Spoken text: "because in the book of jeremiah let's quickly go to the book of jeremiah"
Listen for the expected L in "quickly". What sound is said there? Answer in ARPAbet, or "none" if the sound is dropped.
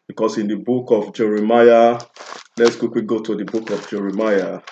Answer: W